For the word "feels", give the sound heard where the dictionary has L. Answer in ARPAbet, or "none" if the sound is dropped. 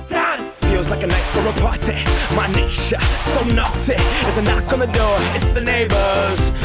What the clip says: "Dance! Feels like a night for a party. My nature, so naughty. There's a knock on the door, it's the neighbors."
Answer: W